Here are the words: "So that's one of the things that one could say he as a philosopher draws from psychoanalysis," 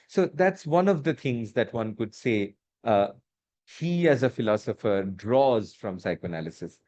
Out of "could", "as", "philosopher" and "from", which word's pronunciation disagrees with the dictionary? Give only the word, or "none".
none